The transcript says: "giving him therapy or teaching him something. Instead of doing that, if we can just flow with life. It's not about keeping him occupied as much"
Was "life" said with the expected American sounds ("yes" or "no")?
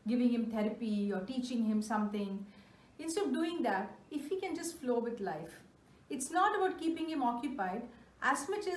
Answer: yes